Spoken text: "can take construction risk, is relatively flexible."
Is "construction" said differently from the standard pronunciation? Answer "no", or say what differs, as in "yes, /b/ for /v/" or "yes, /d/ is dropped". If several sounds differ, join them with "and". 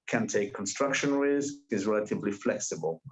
no